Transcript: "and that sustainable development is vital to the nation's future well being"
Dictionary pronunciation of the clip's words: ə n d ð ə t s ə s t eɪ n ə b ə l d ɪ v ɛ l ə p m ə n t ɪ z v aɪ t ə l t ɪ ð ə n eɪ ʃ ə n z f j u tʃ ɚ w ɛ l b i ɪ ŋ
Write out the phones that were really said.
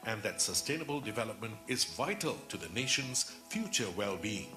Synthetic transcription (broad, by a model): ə n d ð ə t s ə s t eɪ n ə b ə l d ɪ v ɛ l ə p m ə n t ɪ z v aɪ t ə l t ɪ ð ə n eɪ ʃ ə n z f j u tʃ ɚ w ɛ l b i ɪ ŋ